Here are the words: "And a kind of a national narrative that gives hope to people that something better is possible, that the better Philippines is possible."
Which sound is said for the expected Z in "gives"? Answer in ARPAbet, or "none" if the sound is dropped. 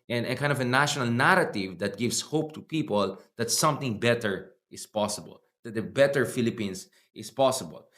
S